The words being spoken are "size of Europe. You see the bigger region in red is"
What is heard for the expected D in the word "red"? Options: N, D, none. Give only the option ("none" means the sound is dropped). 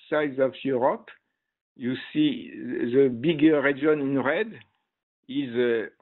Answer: D